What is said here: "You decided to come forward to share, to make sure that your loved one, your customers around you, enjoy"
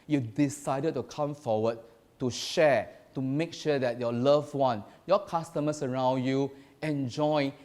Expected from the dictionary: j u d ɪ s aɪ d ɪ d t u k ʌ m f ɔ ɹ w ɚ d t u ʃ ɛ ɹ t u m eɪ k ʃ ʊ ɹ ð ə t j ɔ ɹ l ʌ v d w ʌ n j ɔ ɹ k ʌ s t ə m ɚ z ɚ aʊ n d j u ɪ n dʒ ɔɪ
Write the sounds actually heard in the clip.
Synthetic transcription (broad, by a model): j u d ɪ s aɪ d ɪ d t u k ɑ m f ɔ w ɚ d t u ʃ ɛ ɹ t u m eɪ k ʃ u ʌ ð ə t j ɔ l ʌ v w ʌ n j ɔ k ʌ s t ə m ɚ s ɚ aʊ n d j u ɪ n dʒ ɔɪ